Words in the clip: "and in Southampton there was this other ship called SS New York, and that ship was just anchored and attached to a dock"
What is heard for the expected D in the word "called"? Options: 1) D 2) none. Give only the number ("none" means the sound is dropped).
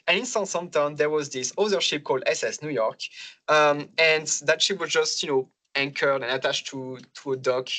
1